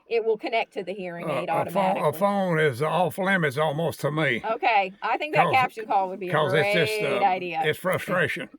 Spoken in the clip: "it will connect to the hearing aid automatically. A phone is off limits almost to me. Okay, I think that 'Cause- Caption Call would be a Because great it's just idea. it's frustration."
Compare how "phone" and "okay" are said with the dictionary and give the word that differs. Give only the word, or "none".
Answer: none